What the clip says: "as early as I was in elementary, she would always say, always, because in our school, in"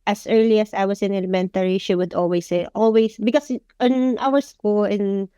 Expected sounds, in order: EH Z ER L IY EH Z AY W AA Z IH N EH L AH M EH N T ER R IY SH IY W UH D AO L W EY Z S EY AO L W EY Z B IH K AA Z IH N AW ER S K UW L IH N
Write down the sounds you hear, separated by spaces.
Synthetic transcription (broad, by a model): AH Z ER L IY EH S AY W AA S IH N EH L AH M EH N T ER R IY SH IY W UH D AO L W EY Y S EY AO L W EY S B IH K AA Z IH N AW ER S K UW L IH N